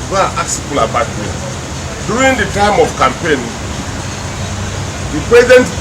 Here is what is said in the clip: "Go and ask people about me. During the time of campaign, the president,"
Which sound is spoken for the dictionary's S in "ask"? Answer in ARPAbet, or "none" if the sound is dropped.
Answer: none